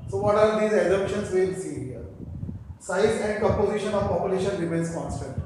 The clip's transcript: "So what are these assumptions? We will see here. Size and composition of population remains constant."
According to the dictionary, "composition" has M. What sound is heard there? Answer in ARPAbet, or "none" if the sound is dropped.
none